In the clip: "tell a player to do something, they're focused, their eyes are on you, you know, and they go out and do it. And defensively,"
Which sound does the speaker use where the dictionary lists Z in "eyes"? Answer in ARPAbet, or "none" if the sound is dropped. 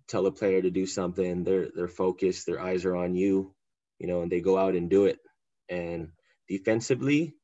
Z